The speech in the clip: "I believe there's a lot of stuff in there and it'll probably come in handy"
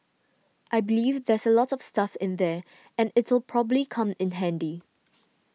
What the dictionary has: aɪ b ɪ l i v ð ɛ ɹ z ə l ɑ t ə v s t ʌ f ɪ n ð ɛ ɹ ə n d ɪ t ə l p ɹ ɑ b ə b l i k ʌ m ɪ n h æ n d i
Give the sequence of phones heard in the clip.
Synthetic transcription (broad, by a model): aɪ b ɪ l i v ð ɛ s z ə l ɑ t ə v s t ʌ f ɪ n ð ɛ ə n ɪ t ə l p ɹ ɑ b ə b l i k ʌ m ɪ n h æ n d i